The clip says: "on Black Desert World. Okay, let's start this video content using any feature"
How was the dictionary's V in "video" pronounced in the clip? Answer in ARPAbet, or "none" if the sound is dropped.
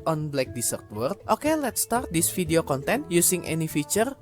F